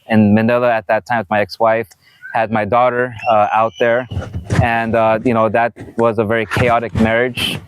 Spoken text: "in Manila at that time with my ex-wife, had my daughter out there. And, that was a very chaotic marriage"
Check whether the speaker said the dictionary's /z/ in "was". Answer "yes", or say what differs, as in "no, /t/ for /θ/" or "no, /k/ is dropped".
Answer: yes